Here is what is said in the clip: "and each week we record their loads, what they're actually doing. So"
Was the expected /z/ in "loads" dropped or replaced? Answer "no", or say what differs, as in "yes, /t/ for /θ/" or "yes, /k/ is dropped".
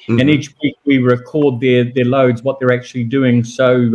no